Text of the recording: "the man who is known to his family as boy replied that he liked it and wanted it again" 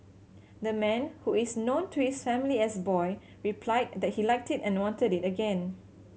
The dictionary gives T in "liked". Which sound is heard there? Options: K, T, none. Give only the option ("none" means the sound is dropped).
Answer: T